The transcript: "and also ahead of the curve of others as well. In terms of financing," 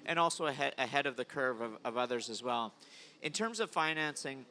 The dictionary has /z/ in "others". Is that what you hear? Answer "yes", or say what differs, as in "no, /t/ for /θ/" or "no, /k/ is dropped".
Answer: yes